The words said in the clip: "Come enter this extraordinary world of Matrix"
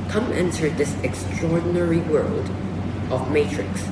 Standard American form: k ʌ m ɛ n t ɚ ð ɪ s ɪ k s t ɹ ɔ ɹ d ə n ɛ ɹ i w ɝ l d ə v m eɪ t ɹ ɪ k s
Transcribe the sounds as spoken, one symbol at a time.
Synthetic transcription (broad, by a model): k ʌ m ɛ n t ɚ ð ɪ s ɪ k s t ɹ ɔ ɹ d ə n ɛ ɹ i w ɝ l d ə v m eɪ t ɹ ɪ k s